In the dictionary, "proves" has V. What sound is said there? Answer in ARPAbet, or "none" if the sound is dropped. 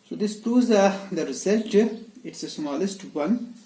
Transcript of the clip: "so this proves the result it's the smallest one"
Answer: none